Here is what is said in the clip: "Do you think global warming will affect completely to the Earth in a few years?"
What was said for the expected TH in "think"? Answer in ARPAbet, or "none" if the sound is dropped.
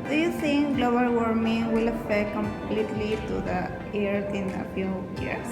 S